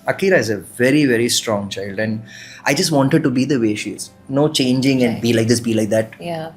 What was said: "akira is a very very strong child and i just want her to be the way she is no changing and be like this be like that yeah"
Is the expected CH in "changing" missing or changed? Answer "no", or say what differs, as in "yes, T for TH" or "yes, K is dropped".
no